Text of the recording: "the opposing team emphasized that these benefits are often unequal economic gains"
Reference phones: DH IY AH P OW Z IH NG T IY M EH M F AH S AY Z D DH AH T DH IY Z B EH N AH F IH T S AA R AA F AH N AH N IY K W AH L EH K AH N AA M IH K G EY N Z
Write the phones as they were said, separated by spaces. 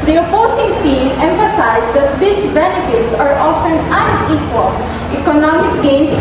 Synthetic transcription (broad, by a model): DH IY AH P OW S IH NG T IY M EH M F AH S AY S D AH T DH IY S B EH N AH F IH T S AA R AA F AH N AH N IY K W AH L EH K AH N AA M IH K G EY N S